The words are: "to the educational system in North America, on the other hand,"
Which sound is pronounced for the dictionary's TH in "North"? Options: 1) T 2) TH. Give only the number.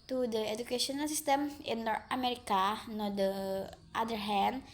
1